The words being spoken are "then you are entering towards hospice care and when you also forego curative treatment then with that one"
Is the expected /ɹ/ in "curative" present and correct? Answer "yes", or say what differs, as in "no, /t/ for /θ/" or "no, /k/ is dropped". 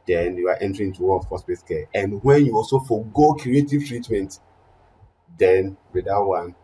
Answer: no, /ɹ/ is dropped